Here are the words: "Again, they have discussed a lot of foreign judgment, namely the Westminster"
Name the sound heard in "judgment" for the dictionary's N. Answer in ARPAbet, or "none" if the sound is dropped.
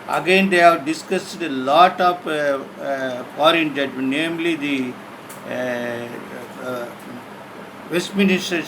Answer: none